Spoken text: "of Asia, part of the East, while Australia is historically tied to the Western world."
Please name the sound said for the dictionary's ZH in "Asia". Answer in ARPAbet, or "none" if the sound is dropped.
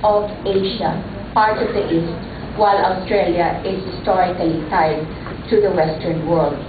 SH